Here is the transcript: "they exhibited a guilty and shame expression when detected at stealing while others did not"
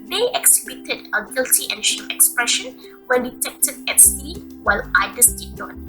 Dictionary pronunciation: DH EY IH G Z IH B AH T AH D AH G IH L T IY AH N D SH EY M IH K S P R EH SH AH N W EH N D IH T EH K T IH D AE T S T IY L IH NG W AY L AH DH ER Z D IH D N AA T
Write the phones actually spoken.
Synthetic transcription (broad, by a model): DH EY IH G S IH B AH T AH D AH G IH L T IY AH N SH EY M IH K S P R EH SH AH N W EH N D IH T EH K T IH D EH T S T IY W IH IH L AY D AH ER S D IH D N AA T